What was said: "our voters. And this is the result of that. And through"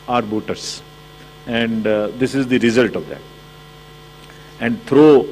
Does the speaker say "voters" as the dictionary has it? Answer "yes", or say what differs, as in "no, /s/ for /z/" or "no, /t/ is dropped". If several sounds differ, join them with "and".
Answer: no, /b/ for /v/